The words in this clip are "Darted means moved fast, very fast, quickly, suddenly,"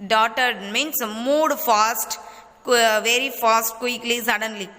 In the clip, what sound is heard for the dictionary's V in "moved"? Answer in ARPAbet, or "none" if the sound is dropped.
none